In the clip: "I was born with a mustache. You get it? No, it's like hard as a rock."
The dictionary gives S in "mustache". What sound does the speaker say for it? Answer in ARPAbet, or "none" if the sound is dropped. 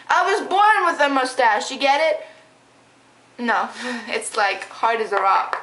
S